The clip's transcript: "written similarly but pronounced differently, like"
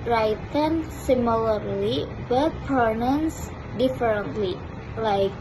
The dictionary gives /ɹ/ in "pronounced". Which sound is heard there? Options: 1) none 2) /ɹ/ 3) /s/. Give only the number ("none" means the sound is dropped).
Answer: 1